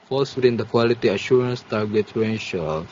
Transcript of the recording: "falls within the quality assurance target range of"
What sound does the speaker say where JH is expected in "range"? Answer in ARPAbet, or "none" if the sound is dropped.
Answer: SH